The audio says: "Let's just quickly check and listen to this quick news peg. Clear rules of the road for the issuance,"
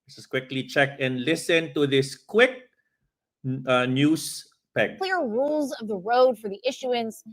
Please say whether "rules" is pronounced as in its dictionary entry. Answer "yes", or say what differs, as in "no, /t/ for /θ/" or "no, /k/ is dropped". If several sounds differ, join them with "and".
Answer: yes